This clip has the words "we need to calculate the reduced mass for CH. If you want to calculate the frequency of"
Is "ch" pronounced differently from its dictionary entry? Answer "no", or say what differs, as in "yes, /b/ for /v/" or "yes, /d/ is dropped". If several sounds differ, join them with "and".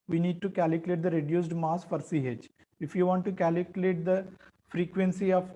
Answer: yes, /s/ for /tʃ/